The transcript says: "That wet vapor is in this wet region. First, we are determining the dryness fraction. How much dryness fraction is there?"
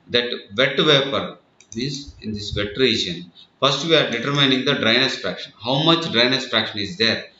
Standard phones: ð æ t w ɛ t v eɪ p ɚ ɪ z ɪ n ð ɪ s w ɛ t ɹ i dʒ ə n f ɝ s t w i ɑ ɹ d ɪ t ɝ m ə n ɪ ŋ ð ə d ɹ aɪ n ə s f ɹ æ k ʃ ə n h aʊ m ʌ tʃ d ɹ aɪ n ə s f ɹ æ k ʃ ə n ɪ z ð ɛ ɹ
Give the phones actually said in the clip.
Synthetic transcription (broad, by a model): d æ t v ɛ t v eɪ p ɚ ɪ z ɪ n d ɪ s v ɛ t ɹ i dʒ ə n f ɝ s t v i ɑ ɹ d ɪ t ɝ m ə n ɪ ŋ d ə d ɹ aɪ n ə s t ɹ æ k ʃ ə n h aʊ m ʌ tʃ d ɹ aɪ n ə s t ɹ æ k ʃ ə n ɪ z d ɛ ɹ